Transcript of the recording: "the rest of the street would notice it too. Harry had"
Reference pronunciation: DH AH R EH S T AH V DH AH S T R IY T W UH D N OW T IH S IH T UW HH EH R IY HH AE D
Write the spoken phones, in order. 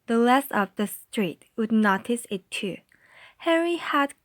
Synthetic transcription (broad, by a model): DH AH L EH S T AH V DH AH S T R IY T W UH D N OW T IH S IH T UW HH EH R IY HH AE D